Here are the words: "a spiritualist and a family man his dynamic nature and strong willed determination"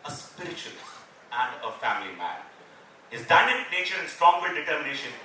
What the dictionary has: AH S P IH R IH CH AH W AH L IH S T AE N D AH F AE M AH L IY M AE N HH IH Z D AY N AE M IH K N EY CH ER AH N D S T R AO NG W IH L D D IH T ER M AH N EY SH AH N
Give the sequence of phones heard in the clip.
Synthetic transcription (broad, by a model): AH S P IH R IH CH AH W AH L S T AE N D AH F AE M AH L IY M AE N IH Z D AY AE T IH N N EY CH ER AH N S T R AO NG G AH D D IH T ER M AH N EY SH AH N